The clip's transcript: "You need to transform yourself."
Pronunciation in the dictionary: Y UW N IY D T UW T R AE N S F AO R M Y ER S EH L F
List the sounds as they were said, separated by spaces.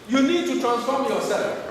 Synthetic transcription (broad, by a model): Y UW N IY D T UW T R AE N S F AO R M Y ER S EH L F